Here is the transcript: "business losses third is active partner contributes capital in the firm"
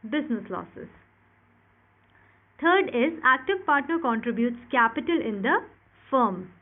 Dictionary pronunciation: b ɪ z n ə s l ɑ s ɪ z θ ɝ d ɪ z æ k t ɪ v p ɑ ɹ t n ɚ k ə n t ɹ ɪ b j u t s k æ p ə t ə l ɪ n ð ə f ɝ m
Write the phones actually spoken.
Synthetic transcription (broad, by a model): b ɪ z n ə s l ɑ s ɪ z t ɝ d ɪ z æ k t ɪ v p ɑ ɹ t n ɚ k ə n t ɹ ɪ b j u t s k æ p ə t ə l ɪ n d ə f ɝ m